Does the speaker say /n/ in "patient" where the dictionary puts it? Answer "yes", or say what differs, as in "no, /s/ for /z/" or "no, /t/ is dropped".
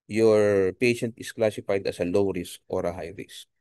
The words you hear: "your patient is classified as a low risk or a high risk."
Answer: yes